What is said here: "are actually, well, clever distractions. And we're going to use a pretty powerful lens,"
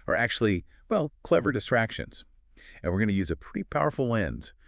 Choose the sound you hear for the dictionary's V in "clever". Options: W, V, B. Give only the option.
V